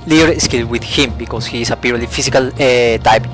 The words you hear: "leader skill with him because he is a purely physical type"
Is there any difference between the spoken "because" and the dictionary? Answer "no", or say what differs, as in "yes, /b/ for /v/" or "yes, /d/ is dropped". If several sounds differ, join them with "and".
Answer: yes, /s/ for /z/